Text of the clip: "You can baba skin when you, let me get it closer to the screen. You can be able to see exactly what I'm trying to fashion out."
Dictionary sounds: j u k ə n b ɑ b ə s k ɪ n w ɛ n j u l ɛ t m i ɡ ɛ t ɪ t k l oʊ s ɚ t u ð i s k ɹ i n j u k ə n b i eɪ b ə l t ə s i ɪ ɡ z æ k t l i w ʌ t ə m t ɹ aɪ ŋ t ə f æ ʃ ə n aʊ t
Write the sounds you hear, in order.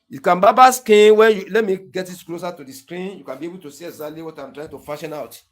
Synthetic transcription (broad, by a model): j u k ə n b ɑ b ə s k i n w ɛ n j u l ɛ t m i ɡ ɛ t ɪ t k l oʊ s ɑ t u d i s k ɹ i n j u k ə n b i eɪ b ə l t ə s i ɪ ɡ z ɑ t l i w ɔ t ə m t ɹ aɪ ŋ t ə f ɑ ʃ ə n aʊ t